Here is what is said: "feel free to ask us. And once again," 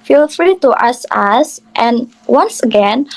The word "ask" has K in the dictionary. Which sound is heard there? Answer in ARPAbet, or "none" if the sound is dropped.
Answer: none